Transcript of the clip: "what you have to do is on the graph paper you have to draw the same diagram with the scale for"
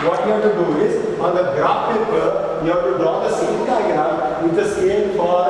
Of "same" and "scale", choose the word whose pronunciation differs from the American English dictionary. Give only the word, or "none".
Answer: scale